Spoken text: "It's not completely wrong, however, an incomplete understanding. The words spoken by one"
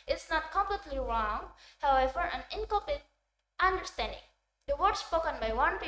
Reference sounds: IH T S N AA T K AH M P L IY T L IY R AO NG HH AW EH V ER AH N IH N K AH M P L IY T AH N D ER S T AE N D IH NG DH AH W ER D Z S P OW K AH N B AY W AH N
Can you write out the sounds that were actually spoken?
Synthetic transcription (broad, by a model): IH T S N AA T K AH M P L IY T L IY R AO NG HH AW EH V ER AH N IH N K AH P IY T AH N D ER S T AE N D IH NG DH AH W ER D S P OW K AH N B AY W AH N